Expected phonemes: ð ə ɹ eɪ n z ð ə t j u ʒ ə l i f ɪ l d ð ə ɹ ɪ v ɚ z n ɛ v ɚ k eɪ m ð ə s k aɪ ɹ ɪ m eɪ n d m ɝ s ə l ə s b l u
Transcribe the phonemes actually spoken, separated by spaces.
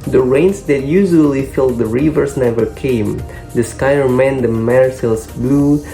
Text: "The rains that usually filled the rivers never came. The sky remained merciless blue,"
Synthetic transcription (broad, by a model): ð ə ɹ eɪ n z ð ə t j u ʒ ə l i f ɪ l d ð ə ɹ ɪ v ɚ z n ɛ v ɚ k eɪ m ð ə s k aɪ ɹ m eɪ n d m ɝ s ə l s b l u